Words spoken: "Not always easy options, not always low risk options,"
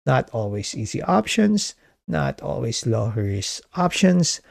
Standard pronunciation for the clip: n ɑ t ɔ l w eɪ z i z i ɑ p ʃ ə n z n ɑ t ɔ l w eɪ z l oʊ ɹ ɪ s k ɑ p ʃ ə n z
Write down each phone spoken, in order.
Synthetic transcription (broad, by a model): n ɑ t ɔ l w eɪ s i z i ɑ p ʃ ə n s n ɑ t ɔ l w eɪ s l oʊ ɹ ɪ s ɑ p ʃ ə n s